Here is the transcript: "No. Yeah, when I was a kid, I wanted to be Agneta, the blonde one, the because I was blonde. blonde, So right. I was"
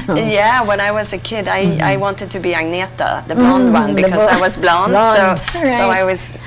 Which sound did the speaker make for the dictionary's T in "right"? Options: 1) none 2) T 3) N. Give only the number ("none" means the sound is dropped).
1